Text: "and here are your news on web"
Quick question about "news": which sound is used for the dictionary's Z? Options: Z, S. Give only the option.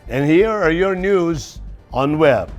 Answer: Z